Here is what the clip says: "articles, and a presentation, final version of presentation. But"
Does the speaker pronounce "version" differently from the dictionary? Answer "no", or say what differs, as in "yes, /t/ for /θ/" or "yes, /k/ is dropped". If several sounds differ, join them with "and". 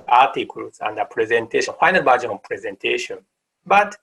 yes, /b/ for /v/